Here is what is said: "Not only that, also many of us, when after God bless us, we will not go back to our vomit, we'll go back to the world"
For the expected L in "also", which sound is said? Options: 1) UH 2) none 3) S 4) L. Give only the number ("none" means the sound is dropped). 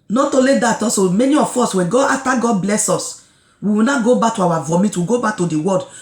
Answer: 2